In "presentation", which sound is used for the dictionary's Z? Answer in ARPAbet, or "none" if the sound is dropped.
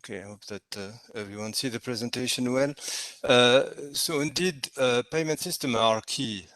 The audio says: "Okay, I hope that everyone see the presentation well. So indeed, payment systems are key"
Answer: Z